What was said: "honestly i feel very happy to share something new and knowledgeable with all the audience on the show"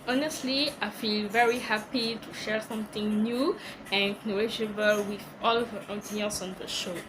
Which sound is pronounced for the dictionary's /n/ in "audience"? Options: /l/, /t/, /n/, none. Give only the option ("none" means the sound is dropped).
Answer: /l/